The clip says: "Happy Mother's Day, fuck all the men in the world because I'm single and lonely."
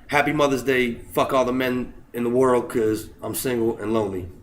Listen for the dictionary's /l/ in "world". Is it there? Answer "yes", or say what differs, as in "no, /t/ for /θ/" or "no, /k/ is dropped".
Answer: yes